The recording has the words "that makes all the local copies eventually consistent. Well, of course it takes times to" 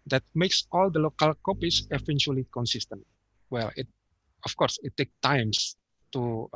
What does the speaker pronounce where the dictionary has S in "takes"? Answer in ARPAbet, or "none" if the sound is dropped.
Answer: none